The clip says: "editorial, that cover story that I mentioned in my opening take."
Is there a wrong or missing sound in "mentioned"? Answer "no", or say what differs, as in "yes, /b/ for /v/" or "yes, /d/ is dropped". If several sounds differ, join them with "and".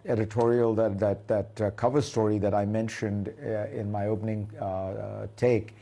no